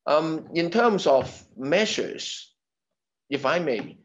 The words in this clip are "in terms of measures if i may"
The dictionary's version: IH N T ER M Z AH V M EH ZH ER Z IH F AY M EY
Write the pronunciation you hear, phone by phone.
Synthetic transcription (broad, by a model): IH N T ER M Z AH V M EH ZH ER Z IH F AY M EY